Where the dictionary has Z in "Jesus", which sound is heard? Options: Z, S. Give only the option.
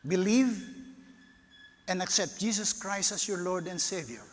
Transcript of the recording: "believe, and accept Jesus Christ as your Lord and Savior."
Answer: S